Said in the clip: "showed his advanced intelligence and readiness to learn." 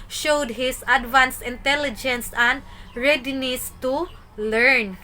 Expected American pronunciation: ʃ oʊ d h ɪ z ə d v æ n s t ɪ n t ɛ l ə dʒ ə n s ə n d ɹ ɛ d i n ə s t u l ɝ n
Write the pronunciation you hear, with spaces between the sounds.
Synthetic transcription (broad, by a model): ʃ oʊ d h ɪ s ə d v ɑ n s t ɪ n t ɛ l ə dʒ ə n s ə n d ɹ ɛ d i n ə s t u l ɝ n